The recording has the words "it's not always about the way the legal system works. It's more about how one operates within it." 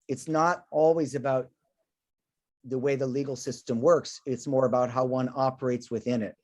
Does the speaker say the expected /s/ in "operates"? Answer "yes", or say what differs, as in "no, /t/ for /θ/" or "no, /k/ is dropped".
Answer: yes